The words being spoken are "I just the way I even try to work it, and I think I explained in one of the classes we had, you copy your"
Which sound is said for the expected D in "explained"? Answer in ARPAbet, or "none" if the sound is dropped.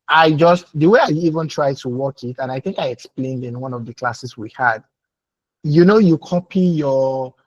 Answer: D